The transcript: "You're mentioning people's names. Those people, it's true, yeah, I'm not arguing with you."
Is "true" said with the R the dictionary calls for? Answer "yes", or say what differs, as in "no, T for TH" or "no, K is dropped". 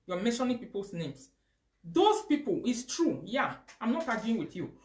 yes